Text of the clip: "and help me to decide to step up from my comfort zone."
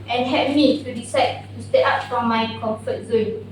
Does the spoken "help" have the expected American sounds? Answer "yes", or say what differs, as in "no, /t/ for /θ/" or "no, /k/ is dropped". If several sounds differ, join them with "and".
no, /l/ is dropped